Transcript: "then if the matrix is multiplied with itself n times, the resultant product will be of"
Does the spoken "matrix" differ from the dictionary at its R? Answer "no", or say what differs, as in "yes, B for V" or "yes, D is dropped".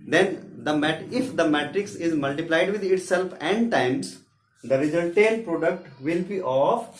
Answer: no